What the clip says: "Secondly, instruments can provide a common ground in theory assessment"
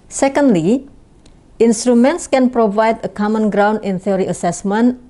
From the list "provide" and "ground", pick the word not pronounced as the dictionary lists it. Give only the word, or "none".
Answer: none